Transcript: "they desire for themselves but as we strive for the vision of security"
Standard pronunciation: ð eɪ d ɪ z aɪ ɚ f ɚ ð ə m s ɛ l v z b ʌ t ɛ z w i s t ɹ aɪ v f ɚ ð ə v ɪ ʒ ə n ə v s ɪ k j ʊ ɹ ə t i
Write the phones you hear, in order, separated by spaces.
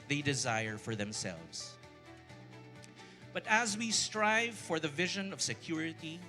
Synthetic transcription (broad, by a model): ð eɪ d ɪ z aɪ ɚ f ɚ ð ə m s ɛ l v z b ʌ t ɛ z w i s t ɹ aɪ v f ɚ ð ə v ɪ ʒ ə n ə v s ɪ k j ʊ ɹ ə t i